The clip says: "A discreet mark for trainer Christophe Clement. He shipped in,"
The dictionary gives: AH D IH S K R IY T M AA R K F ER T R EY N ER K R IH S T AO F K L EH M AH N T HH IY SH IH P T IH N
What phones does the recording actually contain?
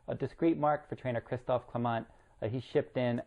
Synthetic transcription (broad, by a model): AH D IH S K R IY T M AA R K F ER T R EY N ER K R IH S T AO F K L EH M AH N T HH IY SH IH P T IH N